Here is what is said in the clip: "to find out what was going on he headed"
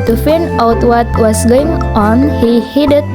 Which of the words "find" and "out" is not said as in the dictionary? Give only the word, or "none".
find